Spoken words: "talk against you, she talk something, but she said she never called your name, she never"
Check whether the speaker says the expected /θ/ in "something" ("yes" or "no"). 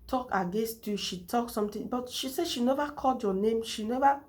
no